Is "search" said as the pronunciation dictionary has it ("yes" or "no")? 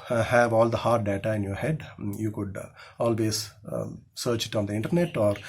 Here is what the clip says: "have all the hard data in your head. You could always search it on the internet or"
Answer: yes